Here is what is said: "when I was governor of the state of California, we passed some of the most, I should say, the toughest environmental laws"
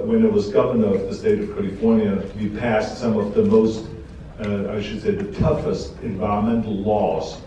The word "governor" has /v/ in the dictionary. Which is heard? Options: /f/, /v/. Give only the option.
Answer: /v/